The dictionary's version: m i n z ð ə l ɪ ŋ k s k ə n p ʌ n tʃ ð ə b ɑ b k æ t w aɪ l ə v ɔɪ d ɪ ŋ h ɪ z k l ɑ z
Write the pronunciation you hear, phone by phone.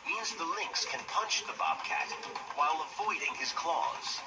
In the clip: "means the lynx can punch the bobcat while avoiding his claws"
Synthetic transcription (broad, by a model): m i n z ð ə l ɪ ŋ k s k ə n p ʌ n tʃ ð ə b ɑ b k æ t w aɪ l ə v ɔɪ d ɪ ŋ ɪ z k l ɑ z